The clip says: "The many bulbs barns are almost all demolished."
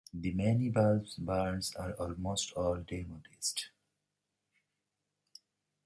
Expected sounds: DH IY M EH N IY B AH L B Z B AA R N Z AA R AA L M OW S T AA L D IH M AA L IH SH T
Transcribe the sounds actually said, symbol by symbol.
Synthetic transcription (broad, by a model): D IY M EH N IY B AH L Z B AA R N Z AA R AA L M OW S T AA L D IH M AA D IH S T